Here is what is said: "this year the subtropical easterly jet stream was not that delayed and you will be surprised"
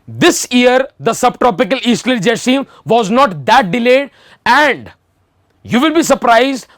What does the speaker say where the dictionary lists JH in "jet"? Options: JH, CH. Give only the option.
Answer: JH